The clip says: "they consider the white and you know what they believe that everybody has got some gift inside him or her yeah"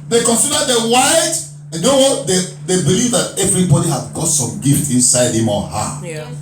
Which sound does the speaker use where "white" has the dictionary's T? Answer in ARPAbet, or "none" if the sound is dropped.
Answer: none